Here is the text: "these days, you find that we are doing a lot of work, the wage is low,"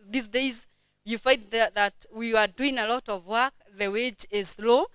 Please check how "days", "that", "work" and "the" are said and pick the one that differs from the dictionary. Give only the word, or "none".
none